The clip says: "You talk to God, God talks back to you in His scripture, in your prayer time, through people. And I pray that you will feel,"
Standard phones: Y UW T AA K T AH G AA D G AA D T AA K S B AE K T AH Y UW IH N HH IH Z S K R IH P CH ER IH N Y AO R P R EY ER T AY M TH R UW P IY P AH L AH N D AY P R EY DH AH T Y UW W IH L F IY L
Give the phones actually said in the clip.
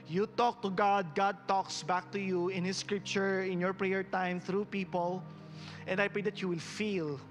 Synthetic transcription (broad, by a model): Y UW T AA K T AH G AA D G AA D T AA K S B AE K T AH Y UW IH N HH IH S K R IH P CH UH IH N Y AO R P R EY ER T AY M TH R UW P IY P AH L AH N D AY P R EY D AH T Y UW W IH L F IY L